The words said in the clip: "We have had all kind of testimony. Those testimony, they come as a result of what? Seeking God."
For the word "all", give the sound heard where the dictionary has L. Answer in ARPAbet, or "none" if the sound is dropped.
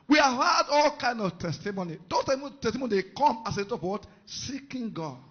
L